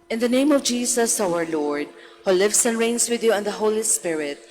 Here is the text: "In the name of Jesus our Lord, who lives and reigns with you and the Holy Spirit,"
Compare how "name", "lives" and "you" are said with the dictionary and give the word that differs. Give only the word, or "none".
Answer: lives